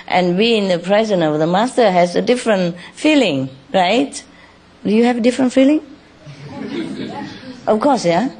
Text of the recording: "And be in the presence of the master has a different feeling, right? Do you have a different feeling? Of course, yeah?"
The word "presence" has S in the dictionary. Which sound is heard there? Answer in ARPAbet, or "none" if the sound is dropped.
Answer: none